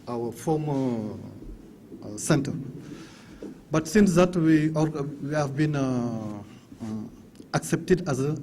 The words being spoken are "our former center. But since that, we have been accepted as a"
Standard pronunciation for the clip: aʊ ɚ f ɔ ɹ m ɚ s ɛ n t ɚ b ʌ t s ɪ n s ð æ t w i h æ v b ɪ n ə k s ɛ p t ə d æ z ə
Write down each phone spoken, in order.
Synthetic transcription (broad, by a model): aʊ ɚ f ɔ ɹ m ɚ s ɛ n t ɚ b ʌ t s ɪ n s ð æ t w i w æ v b ɪ n ə k s ɛ p t ə d æ z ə